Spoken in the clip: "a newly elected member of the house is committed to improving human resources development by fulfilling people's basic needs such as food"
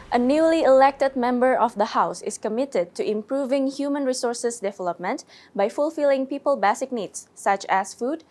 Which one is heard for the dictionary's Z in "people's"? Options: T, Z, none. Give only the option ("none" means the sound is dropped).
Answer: none